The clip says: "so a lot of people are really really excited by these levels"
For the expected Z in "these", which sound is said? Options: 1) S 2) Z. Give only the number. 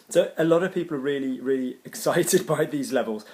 2